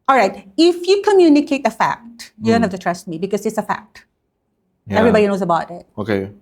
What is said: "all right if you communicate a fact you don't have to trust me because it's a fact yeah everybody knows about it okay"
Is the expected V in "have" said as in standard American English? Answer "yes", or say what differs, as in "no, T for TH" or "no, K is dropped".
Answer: no, F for V